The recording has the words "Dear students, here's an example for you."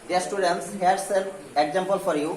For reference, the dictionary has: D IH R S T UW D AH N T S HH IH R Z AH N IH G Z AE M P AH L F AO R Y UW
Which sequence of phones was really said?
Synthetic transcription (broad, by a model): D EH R S T UW D AH N T S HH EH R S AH L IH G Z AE M P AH L F AO R Y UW